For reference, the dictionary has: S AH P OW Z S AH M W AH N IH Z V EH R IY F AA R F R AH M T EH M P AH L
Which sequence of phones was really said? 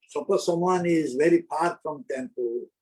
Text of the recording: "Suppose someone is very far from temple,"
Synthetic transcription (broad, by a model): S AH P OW S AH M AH N IH Z V EH R IY P AA R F R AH M T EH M P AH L